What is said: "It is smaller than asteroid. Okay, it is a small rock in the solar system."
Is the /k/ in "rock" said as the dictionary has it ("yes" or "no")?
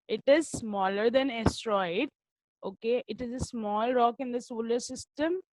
yes